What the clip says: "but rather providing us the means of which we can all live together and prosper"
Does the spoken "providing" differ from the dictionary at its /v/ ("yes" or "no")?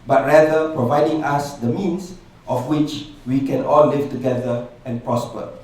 no